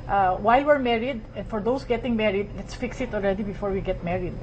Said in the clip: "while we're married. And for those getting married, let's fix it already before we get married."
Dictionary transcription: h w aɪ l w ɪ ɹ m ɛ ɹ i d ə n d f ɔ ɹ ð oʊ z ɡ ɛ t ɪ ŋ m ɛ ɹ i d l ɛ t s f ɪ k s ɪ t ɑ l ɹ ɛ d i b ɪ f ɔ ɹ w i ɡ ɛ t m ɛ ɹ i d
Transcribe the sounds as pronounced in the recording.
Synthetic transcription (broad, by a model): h w aɪ l w ɪ ɹ m ɛ ɹ i d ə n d f ɔ ɹ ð oʊ s ɡ ɛ t ɪ ŋ m ɛ ɹ i d l ɛ t s f ɪ k s ɪ t ɑ l ɹ ɛ d i b ɪ f ɔ ɹ w i ɡ ɛ t m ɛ ɹ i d